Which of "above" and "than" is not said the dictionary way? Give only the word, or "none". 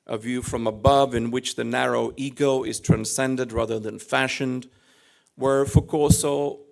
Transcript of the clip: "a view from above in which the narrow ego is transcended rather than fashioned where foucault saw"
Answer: none